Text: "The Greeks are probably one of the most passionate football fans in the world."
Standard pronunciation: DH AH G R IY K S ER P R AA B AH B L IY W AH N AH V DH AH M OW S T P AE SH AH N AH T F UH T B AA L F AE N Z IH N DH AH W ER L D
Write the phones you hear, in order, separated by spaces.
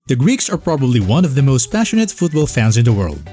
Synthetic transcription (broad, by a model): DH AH G R IY K S ER P R AA B AH B L IY W AH N AH V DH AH M OW S T P AE SH AH N AH T F UH T B AA L F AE N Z IH N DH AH W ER L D